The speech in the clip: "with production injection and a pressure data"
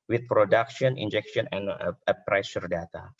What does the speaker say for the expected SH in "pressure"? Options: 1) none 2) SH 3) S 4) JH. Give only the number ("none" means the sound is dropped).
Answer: 3